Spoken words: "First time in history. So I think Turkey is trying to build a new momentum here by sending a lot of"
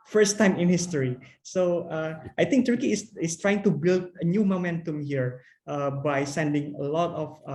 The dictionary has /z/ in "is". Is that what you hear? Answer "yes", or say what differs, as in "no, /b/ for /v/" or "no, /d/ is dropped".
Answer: no, /s/ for /z/